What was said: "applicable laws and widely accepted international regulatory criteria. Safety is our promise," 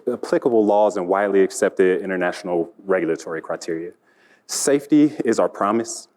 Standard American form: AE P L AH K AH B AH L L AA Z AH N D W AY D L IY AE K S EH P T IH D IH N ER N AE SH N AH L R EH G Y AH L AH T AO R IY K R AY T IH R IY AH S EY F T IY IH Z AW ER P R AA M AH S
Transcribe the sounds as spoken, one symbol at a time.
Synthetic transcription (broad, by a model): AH P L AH K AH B L L AA Z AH N W AY D L IY AE K S EH P T IH D IH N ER N AE SH N L R EH G Y L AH T AO R IY K R AY T IH R IY AH S EY F T IY IH Z AW ER P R AA M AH S